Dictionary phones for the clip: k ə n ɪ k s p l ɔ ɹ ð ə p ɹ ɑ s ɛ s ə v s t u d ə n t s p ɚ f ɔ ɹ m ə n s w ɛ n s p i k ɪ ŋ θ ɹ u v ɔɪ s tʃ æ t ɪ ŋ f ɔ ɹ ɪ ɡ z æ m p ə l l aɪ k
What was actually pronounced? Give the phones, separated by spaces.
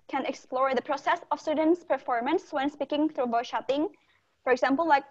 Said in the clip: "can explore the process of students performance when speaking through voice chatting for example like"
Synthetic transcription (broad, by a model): k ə n ɪ k s p l ɔ ɹ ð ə p ɹ ɑ s ɛ s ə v s t u d ə n t s p ɚ f ɔ ɹ m ə n s w ɛ n s p i k ɪ ŋ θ ɹ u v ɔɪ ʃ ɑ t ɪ ŋ f ɔ ɹ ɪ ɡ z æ m p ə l l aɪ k